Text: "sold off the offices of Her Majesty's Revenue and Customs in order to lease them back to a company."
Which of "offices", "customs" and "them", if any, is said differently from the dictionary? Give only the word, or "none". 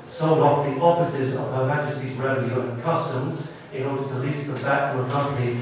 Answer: none